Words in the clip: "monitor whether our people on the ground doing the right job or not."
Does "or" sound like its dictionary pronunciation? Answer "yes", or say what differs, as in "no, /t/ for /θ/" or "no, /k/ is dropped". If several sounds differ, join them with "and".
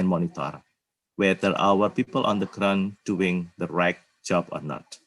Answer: yes